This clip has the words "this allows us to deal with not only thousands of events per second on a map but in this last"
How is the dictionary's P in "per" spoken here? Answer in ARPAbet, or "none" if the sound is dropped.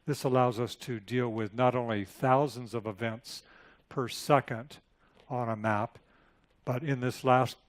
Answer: P